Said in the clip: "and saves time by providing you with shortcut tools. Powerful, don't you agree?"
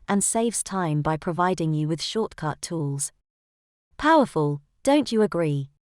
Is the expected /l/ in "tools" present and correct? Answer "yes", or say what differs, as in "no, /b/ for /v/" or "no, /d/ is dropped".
yes